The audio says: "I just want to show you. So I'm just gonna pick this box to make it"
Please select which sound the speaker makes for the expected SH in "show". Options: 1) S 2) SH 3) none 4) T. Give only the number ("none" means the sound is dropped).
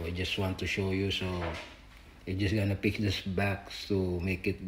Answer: 2